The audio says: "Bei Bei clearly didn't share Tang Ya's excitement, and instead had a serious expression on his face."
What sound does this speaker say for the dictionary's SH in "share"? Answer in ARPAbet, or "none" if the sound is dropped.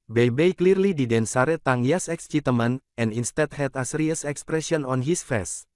S